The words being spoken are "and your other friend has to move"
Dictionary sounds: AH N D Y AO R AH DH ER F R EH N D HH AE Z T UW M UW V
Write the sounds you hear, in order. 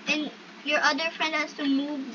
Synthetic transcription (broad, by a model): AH N Y AO R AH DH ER F R EH N D HH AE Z T UW M UW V